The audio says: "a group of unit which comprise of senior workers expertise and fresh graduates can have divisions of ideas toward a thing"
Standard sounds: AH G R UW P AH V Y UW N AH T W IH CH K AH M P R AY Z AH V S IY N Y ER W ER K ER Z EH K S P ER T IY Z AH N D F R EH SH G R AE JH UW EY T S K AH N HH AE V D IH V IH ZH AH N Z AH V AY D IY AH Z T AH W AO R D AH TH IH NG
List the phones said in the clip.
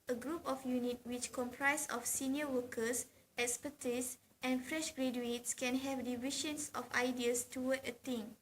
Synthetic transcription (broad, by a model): AH G R UW P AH F Y UW N AH T W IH CH K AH M P R AY S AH F S IY N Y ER W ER K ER S EH K S P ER T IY S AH N F R EH SH G R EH JH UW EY T S K AH N HH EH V D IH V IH SH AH N S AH F AY D IY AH S T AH W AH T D AH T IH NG